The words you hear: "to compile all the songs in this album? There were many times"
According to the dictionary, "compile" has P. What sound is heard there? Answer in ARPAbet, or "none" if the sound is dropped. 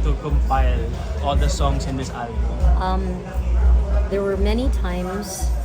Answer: F